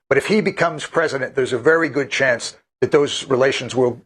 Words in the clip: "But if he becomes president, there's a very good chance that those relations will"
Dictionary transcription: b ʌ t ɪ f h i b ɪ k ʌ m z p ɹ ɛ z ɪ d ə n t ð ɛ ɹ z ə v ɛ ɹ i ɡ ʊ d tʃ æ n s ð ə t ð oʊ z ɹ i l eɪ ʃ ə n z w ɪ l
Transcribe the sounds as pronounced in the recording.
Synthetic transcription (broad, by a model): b ʌ t ɪ f h i b ɪ k ʌ m z p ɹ ɛ z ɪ d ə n ð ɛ ɹ z ə v ɛ ɹ i ɡ ʊ d tʃ æ n s ð ə t ð oʊ z ɹ i l eɪ ʃ ə n z w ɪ l